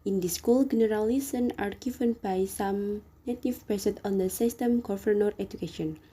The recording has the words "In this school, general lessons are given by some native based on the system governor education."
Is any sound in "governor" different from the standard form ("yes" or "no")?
yes